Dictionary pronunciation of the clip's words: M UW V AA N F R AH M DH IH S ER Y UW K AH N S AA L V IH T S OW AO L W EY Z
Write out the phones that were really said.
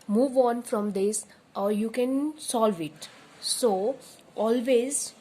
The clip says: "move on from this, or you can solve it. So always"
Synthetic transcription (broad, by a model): M UW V AA N F R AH M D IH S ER Y UW K AH N S AA L V IH T S OW AO L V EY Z